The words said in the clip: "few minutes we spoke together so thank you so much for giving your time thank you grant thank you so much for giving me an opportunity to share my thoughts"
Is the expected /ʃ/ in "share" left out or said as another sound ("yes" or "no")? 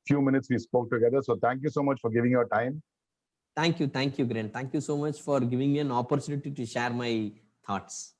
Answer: no